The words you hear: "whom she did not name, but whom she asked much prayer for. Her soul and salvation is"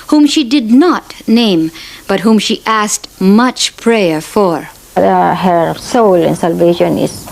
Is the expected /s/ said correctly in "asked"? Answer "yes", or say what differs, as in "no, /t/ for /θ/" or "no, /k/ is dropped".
yes